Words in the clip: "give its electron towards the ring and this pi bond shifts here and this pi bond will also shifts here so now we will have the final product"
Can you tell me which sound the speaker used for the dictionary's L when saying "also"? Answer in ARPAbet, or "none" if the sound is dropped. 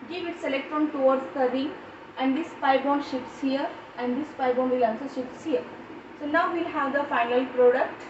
N